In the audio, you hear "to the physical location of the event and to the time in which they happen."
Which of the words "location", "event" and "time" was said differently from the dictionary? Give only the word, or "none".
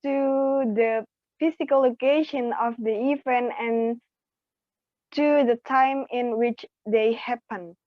event